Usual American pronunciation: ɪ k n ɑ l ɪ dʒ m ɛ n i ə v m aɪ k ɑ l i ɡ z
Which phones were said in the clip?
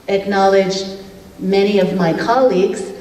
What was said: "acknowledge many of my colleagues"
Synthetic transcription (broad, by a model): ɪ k n ɑ l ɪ dʒ m ɛ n i ə v m aɪ k ɑ l i ɡ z